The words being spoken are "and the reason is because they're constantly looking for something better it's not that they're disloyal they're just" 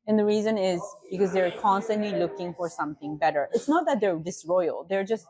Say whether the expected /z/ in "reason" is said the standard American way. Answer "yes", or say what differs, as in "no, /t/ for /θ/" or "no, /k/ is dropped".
yes